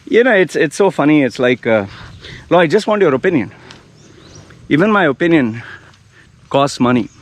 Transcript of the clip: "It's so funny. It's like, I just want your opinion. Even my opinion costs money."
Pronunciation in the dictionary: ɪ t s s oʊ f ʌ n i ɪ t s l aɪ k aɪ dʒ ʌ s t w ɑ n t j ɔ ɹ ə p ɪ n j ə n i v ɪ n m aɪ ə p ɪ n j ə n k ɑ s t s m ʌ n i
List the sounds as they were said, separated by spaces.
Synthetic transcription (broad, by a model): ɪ t s s oʊ f ʌ n i ɪ t s l aɪ k aɪ dʒ ʌ s t w ɑ n t j ɔ ɹ ə p ɪ n j ə n i v ɪ n m aɪ ə p ɪ n j ə n k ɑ s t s m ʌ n i